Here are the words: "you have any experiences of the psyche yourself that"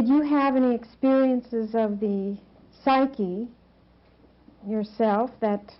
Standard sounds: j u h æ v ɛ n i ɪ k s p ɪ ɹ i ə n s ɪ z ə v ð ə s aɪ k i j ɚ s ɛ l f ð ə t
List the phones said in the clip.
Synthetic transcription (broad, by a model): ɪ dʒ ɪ v ɛ n i ɪ k s p ɪ ɹ i ə n s ɪ z ə v ð ə s aɪ k i j ɚ s ɛ l f ð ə t